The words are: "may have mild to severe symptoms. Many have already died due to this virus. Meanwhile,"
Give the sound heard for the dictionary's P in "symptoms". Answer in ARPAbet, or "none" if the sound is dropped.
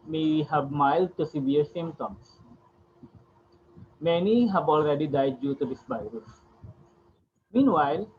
none